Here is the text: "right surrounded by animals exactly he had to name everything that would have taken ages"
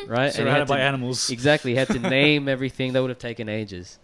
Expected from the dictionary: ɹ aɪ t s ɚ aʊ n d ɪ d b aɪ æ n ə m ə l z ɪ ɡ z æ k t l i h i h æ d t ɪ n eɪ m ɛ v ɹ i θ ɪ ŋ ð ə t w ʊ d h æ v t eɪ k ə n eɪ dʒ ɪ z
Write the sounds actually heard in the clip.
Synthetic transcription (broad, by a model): ɹ aɪ t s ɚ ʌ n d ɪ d b aɪ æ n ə m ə l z ɪ ɡ z æ k t l i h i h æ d t ɪ n eɪ m ɛ v ɹ i θ ɪ ŋ ð ə t w ʊ d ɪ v t eɪ k ə n eɪ dʒ ɪ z